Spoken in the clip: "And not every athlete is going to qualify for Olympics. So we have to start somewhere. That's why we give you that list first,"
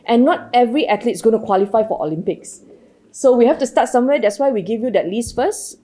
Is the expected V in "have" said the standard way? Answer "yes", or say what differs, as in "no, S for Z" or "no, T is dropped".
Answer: no, F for V